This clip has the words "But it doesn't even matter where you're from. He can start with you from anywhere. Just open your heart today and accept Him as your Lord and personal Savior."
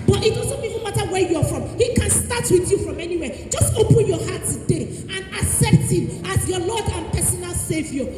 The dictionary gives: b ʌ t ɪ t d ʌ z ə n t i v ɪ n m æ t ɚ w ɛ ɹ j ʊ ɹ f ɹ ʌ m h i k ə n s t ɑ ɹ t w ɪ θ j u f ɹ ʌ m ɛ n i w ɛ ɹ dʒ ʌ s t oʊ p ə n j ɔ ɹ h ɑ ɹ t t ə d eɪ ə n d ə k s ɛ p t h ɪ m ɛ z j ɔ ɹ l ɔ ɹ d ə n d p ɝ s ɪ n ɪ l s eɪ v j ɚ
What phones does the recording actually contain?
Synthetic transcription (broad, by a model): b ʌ t ɪ t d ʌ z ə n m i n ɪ m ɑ t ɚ w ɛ j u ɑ f ɹ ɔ m h i k ə n s t ɑ t w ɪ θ j u f ɹ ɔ m ɛ n i w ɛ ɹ dʒ ʌ s t oʊ p ə n j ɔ h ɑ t t ə d eɪ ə n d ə s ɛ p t h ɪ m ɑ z j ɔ l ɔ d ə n p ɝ s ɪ n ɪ l s eɪ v j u